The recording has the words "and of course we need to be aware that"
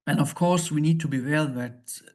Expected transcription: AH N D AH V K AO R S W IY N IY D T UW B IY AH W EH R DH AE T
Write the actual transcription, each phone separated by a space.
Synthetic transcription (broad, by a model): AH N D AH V K AO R S W IY N IY D T UW B IY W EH L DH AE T